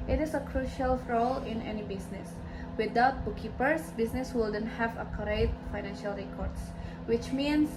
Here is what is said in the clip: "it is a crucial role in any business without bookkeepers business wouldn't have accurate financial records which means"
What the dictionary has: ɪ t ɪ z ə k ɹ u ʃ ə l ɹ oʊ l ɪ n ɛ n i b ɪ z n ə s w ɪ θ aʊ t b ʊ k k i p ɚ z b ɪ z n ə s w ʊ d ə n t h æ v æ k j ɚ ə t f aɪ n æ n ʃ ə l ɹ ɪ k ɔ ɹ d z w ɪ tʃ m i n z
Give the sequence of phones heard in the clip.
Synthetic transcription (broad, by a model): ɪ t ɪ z ə k ɹ u ʃ ə l ɹ oʊ l ɪ n ɛ n i b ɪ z n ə s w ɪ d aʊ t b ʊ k k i p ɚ s b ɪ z n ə s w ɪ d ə n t h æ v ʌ k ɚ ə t f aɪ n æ n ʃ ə l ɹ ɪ k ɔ ɹ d s w ɪ tʃ m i n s